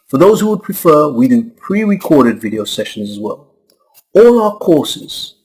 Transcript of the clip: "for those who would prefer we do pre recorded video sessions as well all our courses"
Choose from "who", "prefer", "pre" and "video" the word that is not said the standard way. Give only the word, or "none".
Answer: none